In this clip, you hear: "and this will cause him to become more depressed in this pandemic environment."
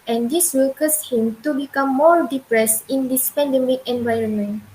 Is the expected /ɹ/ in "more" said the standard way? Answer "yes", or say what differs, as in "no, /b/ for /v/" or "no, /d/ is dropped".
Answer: yes